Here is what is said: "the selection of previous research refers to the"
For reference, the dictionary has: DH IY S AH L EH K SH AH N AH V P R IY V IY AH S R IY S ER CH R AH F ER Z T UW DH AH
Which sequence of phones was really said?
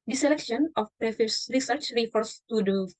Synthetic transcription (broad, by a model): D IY S AH L EH K SH AH N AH F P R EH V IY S R IY S ER CH R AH F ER S T UW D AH